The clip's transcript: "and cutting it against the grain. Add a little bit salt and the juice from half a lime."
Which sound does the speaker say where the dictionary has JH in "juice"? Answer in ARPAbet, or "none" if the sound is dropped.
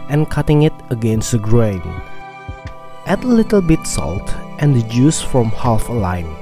JH